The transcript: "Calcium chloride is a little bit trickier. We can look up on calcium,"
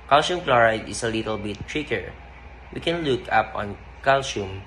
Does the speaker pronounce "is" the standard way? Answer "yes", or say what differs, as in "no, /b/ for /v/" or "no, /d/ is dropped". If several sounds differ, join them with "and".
no, /s/ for /z/